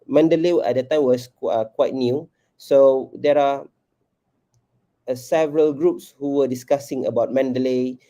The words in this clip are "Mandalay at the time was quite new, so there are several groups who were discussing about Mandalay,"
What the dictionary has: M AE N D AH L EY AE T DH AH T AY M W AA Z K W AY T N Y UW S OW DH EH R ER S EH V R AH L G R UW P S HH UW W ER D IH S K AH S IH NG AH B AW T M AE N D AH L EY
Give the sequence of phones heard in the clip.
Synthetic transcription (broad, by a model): M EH N D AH L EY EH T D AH T AY M W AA S K W AY T N Y UW S OW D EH R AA S EH V R AH L G R UW P S HH UW W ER D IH S K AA S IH NG AH B AW T M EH N D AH L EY